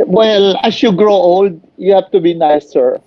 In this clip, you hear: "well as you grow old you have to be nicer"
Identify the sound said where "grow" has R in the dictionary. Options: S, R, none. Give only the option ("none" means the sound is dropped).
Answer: R